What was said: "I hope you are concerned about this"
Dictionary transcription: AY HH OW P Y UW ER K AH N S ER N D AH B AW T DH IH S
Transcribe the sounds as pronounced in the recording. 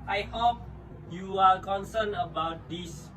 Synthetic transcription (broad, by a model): AY HH OW P Y UW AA K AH N S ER N AH B AW T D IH S